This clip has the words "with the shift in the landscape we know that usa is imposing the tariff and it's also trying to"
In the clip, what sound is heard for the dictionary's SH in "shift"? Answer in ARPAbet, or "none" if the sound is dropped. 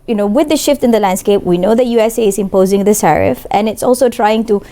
SH